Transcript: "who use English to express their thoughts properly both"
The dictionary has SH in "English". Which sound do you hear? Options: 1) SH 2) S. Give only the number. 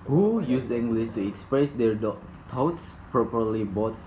2